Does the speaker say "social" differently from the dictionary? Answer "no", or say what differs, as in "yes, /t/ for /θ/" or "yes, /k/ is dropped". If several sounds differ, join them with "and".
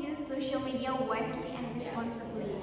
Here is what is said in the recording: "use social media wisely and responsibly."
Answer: no